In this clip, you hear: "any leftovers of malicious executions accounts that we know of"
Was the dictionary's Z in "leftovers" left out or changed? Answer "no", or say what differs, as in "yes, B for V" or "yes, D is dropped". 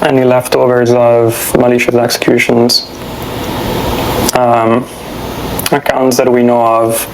no